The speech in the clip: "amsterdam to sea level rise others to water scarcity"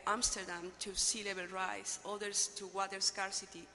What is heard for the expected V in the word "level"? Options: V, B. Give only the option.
B